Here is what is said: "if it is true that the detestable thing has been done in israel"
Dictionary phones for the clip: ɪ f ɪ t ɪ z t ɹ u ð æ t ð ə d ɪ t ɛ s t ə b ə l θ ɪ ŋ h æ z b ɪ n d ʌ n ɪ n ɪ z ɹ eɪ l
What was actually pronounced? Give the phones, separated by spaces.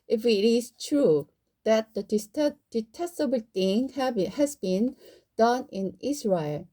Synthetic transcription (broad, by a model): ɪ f ɪ t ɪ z t ɹ u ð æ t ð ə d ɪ t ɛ s t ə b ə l t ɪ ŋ h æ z b ɪ n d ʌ n ɪ n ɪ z ɹ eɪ l